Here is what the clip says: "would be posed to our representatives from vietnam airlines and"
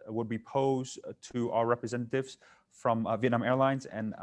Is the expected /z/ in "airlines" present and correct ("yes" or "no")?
yes